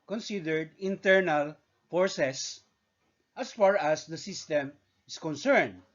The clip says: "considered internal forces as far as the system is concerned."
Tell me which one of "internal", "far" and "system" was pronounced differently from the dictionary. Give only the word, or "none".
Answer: none